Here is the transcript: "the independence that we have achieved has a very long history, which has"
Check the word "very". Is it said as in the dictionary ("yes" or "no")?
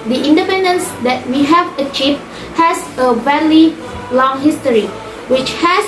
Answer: no